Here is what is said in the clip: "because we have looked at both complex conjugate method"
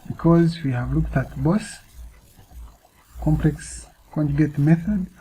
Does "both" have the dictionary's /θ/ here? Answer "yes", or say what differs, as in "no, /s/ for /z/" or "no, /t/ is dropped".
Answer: no, /s/ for /θ/